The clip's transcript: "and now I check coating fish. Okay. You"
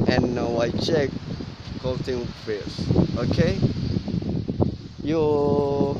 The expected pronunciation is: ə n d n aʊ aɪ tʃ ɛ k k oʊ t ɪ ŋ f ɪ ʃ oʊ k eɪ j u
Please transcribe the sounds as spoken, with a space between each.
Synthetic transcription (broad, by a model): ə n n aʊ aɪ tʃ ɛ k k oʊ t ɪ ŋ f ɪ s oʊ k eɪ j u